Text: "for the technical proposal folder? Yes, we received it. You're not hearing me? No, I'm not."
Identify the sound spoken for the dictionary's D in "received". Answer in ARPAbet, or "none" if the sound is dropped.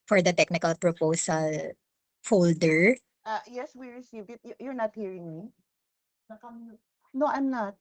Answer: none